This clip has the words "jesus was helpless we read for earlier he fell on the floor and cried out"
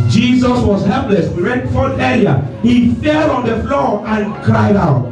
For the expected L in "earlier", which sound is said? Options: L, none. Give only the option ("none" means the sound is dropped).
none